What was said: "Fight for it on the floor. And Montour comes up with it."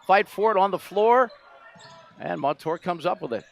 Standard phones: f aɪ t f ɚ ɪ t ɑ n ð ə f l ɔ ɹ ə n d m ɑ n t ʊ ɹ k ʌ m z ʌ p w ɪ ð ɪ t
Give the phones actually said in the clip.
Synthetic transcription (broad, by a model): f aɪ t f ɚ ɪ t n ð ə f l ɔ ɹ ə n m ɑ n t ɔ ɹ k ʌ m z ʌ p w ɪ ð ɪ t